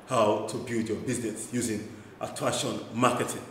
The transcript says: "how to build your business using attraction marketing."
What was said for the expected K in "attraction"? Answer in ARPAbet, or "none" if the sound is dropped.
none